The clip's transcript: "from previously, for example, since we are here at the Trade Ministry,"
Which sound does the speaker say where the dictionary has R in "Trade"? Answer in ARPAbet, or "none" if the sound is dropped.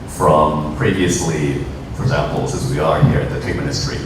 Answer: none